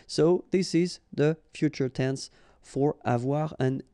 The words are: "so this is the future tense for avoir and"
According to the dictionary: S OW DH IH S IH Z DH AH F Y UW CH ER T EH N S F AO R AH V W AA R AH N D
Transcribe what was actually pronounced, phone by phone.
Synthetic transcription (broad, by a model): S OW DH IH S IH Z DH AH F Y UW CH ER T EH N S F AO R AH V W AA R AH N